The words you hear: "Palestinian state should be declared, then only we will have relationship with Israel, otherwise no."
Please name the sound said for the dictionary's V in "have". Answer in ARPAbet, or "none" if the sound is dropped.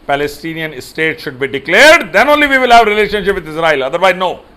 V